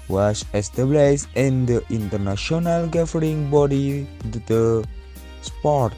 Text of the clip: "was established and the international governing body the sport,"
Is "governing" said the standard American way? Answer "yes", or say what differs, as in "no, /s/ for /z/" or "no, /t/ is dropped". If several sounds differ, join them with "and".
no, /n/ is dropped